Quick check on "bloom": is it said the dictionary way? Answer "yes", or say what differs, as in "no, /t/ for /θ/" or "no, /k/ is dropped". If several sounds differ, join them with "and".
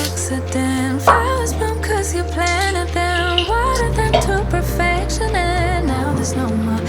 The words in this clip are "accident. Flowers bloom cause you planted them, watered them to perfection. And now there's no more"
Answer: no, /l/ is dropped